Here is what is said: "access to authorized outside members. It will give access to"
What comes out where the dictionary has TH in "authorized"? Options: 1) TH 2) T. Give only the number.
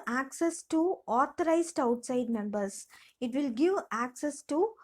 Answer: 2